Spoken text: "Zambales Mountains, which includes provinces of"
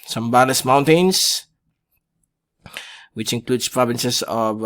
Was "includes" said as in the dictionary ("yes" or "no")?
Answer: no